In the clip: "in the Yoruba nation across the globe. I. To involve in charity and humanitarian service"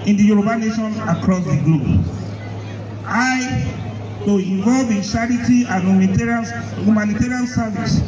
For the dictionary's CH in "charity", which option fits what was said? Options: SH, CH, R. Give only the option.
SH